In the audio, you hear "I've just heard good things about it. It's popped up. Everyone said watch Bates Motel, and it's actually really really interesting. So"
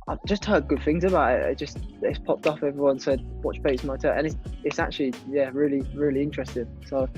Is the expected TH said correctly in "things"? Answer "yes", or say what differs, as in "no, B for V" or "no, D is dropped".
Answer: yes